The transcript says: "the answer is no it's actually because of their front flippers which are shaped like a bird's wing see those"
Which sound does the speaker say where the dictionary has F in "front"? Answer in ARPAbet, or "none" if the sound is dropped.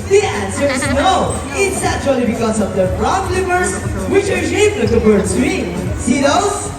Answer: P